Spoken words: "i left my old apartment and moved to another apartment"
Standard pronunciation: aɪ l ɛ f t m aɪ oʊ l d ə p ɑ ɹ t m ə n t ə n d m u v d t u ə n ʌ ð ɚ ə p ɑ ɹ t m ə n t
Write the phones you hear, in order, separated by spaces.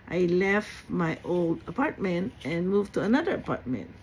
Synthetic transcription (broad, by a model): aɪ l ɛ f t m aɪ oʊ l d ə p ɑ ɹ t m ə n t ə n m u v t u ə n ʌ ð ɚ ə p ɑ ɹ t m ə n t